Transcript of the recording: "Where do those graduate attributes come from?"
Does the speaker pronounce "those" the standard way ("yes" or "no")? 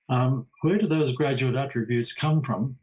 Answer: yes